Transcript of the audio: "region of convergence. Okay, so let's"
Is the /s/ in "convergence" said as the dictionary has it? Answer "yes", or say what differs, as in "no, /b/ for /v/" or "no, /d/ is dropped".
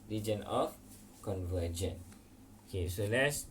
no, /s/ is dropped